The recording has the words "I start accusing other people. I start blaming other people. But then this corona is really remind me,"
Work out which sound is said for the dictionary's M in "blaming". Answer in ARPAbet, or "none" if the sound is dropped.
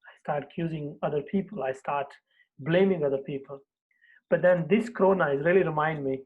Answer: M